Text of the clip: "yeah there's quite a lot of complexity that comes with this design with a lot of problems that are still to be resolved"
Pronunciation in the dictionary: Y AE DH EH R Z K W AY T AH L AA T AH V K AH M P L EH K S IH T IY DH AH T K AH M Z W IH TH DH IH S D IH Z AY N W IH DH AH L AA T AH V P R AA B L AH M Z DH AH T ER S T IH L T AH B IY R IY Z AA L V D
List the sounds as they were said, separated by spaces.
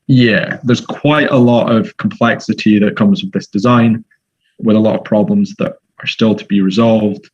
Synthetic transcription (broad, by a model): Y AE DH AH R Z K W AY T AH L AA T AH V K AH M P L EH K S IH T IY DH AH T K AH M Z W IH DH IH S D IH Z AY N W IH DH AH L AA T AH V P R AA B L AH M Z DH AH T ER S T IH L T AH B IY R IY Z AA L V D